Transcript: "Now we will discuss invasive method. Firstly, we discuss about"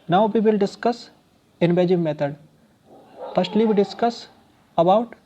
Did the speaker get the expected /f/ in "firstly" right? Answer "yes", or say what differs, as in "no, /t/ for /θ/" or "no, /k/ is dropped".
no, /p/ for /f/